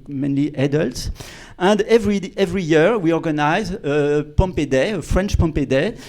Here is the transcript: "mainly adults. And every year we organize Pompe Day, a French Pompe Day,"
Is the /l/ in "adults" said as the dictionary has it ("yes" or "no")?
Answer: yes